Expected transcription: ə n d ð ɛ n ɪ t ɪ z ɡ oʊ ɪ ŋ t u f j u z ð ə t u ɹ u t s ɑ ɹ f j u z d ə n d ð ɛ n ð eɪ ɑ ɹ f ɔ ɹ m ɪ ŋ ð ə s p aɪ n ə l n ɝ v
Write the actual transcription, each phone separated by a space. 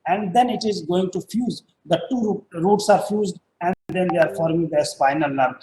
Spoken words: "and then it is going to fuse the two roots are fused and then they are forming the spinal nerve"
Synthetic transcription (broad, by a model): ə n d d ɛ n ɪ t ɪ z ɡ oʊ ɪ ŋ t u f j u z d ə t u ɹ u t s ɑ ɹ f j u z d ə n d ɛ n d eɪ ɑ ɹ f ɔ ɹ m ɪ ŋ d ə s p aɪ n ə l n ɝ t